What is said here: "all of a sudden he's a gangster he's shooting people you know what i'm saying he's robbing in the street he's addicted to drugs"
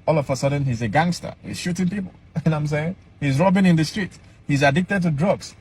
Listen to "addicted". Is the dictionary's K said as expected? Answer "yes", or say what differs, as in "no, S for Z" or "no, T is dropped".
yes